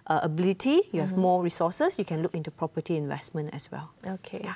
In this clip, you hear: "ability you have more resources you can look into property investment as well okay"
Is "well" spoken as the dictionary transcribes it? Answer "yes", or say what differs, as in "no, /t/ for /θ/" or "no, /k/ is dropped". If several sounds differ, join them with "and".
yes